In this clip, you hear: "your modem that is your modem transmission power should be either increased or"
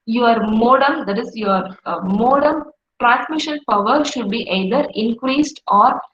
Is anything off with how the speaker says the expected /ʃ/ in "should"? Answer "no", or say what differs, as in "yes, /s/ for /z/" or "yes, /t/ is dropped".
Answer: no